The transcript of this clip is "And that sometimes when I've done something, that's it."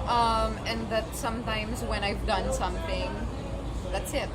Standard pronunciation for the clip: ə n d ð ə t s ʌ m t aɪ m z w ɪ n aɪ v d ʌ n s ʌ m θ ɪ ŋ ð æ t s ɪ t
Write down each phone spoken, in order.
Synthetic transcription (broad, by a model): ə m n ð ə t s ʌ m t aɪ m z w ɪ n aɪ v d ʌ n s ʌ m θ ɪ ŋ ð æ t s ɪ t